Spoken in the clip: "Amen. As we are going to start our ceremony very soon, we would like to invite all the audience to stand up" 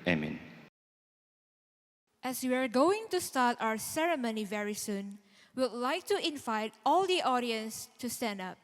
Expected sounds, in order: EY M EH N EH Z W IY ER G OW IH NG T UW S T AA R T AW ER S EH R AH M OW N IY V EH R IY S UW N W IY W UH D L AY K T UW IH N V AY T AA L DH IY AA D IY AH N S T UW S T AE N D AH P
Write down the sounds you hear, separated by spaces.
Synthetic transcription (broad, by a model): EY M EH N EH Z W IY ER G OW IH NG T UW S T AA T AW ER S EH R AH M OW N IY V EH R IY S UW N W W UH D L AY K T UW IH N V AY T AA L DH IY AA D IY AH N S T UW S T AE N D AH P